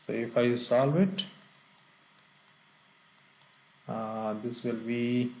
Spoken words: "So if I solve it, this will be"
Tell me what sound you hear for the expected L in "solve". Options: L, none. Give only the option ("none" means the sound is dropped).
L